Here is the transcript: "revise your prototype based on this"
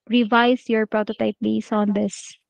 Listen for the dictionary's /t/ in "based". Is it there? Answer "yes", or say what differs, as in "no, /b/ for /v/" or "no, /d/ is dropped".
no, /t/ is dropped